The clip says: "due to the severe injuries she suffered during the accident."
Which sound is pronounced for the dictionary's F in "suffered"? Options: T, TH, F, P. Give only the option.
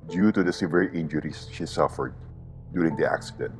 F